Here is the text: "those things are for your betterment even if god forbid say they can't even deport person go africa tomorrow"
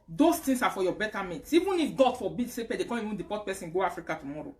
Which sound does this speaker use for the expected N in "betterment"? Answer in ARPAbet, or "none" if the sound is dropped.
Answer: none